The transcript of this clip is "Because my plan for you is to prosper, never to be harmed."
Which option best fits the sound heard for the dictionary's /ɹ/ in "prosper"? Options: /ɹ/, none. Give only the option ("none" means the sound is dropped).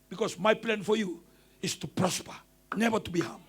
/ɹ/